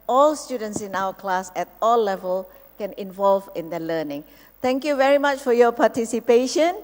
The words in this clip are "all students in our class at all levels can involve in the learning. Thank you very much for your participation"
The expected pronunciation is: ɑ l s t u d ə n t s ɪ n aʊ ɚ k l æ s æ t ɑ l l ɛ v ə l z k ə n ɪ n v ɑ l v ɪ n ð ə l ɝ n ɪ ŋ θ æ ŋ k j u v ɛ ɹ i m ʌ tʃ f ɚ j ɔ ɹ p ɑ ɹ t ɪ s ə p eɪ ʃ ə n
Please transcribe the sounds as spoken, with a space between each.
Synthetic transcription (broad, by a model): ɑ l s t u d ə n t s ɪ n aʊ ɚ k l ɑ s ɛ t ɑ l l ɛ v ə l k ə n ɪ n v ɑ l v ɪ n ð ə l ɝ n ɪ ŋ t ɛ ŋ k j u v ɛ ɹ i m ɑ tʃ f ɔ j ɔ p ɑ t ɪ s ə p eɪ ʃ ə n